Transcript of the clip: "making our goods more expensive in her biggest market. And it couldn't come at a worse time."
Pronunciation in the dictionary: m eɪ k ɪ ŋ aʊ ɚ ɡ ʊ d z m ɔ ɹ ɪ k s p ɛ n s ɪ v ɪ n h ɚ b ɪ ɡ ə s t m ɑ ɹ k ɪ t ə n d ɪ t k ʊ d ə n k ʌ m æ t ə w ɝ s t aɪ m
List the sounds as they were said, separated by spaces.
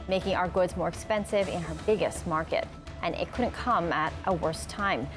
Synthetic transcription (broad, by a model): m eɪ k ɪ ŋ aʊ ɚ ɡ ʊ d z m ɔ ɹ ɪ k s p ɛ n s ɪ v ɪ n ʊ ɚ b ɪ ɡ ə s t m ɑ ɹ k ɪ t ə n ɪ t k ʊ d n k ʌ m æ t ə w ɝ s t aɪ m